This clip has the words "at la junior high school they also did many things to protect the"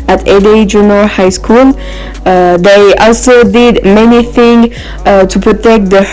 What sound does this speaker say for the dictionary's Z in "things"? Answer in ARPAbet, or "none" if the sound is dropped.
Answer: none